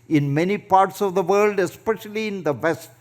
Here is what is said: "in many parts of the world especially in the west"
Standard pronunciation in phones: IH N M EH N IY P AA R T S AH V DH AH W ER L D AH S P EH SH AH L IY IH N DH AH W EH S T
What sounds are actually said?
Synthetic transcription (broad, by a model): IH N M EH N IY P AA R T S AH V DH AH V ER L D AH S P EH SH AH L IY IH N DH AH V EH S T